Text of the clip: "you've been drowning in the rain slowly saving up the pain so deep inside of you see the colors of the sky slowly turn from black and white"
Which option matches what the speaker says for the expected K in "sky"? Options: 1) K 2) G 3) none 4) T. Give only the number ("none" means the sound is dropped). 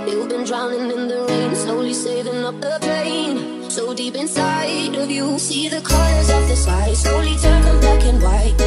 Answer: 3